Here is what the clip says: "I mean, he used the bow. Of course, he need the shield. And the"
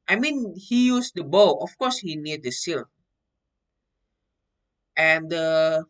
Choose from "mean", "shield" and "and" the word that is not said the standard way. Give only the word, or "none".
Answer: shield